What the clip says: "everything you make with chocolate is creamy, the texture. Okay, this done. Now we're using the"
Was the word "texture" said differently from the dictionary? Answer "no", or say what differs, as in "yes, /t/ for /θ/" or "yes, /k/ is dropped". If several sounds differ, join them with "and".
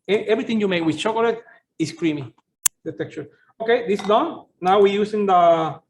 yes, /s/ is dropped